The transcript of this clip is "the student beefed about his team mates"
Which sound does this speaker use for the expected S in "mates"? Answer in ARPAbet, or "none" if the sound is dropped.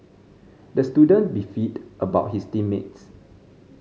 S